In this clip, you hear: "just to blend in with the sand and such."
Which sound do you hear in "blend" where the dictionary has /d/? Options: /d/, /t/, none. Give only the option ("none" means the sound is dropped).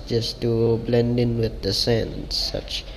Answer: /d/